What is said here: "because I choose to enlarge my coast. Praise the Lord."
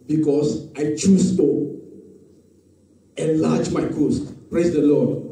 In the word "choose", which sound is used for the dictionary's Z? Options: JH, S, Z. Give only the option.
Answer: S